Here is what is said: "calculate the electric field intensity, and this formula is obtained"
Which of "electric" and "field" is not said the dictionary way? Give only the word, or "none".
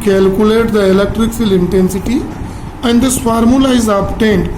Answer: field